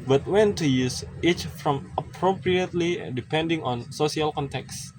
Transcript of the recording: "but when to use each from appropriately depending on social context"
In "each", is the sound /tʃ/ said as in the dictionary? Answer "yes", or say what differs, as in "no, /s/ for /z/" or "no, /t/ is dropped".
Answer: yes